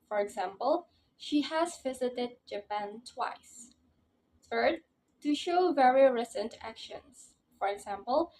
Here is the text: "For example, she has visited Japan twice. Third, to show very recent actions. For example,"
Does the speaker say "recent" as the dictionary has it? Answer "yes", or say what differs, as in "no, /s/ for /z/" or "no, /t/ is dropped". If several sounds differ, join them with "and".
yes